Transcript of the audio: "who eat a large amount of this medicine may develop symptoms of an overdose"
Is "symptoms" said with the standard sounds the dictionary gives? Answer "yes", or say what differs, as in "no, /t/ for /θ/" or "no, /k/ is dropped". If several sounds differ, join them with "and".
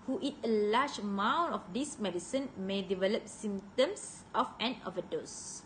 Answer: no, /s/ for /z/